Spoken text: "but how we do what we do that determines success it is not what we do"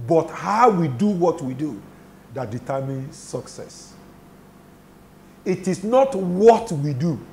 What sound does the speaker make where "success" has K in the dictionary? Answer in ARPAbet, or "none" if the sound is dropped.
K